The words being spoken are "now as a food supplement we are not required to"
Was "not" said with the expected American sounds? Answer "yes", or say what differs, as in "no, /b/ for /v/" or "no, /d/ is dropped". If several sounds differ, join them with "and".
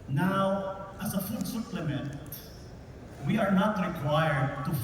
yes